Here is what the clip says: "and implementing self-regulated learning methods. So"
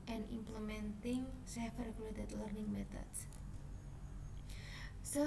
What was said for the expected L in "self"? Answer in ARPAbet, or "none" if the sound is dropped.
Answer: none